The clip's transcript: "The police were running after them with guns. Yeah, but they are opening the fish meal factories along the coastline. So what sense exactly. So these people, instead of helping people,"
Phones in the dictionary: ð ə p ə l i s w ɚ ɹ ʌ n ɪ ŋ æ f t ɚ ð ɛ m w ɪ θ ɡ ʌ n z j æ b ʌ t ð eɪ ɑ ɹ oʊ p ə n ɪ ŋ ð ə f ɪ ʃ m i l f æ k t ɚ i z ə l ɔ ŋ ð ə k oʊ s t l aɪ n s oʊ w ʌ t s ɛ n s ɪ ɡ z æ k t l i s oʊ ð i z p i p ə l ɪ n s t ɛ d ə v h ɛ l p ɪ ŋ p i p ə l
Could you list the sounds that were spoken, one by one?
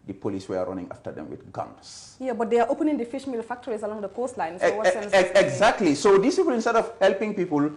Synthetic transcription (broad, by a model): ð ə p ə l i s w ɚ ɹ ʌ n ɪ ŋ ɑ f t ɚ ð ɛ m w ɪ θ ɡ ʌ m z j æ b ʌ t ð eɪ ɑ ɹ oʊ p ə n ɪ ŋ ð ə f ɪ ʃ m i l f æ k t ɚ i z ə l ɔ ŋ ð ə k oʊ s t l aɪ n s oʊ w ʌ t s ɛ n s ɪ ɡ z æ k t l i s oʊ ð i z p i p ə l ɪ n s t ɛ d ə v h ɛ l p ɪ ŋ p i p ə l